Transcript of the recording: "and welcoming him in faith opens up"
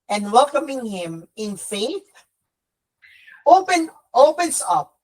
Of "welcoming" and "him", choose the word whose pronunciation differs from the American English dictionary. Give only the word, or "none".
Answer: none